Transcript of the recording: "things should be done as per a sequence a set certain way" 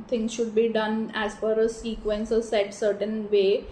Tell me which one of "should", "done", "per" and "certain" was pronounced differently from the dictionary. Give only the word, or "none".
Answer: per